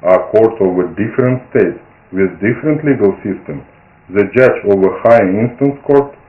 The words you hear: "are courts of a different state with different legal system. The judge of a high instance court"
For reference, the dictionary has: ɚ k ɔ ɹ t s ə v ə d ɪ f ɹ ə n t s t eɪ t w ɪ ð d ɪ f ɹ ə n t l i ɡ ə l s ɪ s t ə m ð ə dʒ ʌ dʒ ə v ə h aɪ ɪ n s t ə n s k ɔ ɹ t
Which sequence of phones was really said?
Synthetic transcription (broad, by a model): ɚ k ɔ ɹ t ə v ə d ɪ f ɹ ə n t s t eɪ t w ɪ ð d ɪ f ɹ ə n t l i ɡ ə l s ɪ s t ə m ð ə dʒ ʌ dʒ ə v ə h aɪ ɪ n s t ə n s k ɔ ɹ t